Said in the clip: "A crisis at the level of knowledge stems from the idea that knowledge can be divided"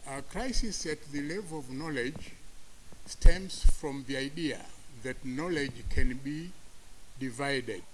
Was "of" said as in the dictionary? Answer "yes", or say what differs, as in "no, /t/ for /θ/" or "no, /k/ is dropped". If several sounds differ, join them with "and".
yes